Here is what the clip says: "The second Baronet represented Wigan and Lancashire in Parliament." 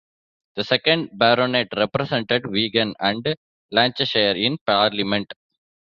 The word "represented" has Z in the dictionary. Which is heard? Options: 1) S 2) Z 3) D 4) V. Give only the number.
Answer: 1